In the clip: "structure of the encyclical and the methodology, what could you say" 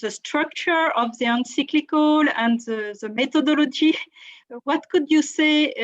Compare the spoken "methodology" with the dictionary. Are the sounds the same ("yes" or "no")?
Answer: no